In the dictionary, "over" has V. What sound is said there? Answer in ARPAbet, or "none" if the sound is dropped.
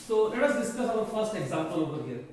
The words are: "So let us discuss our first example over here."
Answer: P